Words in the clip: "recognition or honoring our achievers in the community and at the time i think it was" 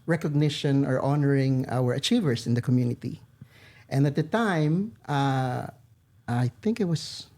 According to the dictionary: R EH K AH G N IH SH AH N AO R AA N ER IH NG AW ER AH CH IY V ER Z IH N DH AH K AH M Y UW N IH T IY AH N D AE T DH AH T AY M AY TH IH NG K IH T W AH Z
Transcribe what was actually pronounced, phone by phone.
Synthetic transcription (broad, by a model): R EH K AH G N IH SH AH N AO R AA N ER IH NG AW ER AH CH IY V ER S IH N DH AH K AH M Y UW N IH T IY AH N D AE T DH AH T AY M AY TH IH NG K IH T W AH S